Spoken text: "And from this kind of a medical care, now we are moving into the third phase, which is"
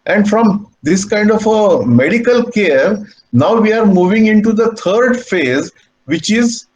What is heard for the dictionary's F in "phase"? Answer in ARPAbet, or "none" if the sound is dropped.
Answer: F